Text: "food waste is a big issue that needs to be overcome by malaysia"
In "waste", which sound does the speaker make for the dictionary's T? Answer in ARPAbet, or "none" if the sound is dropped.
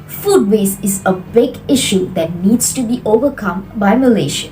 none